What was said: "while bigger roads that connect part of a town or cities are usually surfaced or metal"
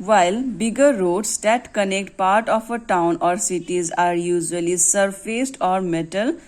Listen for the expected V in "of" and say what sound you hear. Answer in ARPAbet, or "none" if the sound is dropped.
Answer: P